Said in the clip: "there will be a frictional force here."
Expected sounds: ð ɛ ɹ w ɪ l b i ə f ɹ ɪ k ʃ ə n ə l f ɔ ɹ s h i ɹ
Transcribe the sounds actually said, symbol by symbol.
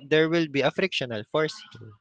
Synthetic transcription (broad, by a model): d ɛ ɹ w ɪ l b i ə f ɹ ɪ k ʃ ə n ə l f ɔ ɹ s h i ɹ